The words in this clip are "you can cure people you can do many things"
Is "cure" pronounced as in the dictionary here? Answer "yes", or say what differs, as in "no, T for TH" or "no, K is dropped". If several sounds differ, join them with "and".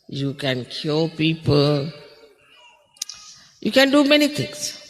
no, L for R